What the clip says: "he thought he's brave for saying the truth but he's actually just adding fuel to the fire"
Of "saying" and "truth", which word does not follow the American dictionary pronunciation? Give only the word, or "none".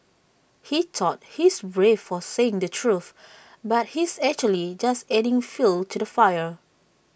none